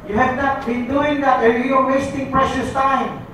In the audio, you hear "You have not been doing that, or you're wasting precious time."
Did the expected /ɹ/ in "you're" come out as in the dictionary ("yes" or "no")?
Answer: no